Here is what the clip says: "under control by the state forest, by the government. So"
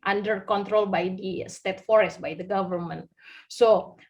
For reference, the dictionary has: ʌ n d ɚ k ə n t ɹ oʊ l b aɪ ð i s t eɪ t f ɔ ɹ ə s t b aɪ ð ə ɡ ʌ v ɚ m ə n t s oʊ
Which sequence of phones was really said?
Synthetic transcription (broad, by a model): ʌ n d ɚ k ə n t ɹ oʊ l b aɪ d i s t eɪ t f ɔ ɹ ə s t b aɪ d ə ɡ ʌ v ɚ m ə n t s oʊ